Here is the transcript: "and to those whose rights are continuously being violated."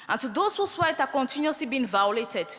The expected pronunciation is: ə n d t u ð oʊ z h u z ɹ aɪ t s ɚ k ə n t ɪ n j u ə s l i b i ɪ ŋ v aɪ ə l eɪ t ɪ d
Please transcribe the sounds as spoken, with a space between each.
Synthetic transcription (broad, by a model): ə n t u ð oʊ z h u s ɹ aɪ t ɑ k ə n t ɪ n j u s l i b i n v aɪ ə l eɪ t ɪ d